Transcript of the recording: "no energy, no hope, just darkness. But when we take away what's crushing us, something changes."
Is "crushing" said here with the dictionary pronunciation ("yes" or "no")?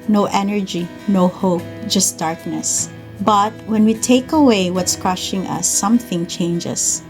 yes